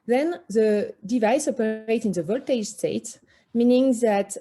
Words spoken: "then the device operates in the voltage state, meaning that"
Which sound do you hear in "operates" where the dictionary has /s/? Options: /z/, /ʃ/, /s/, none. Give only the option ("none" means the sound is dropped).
none